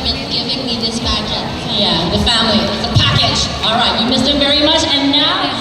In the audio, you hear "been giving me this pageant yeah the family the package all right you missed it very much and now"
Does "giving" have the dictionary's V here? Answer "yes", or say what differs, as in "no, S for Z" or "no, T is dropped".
yes